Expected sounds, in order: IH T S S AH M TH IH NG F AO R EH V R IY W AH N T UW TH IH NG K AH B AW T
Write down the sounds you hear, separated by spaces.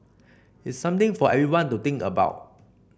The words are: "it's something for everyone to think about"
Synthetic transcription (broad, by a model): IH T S S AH M T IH NG F AO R EH V R IY W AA N T UW T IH NG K AH B AW T